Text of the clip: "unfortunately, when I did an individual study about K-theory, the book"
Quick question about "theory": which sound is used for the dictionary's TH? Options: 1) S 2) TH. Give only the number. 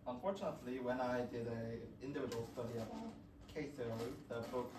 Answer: 1